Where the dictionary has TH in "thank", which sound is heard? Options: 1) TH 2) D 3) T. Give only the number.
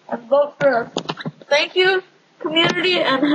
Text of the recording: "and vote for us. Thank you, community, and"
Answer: 3